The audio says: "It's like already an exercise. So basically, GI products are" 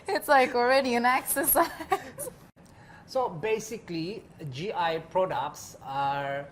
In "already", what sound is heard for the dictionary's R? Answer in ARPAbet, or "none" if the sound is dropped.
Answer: R